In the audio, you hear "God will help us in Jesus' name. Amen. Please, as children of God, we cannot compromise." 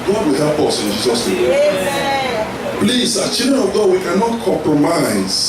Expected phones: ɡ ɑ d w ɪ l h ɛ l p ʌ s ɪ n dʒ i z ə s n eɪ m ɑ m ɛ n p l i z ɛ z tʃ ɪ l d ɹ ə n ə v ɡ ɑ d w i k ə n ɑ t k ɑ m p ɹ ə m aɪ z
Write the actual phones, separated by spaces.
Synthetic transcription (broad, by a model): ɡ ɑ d w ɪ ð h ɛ p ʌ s ɪ n dʒ i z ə s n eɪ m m p l i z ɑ tʃ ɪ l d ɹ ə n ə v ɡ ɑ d w i k ə n ɑ t k ɑ m p ɹ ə m aɪ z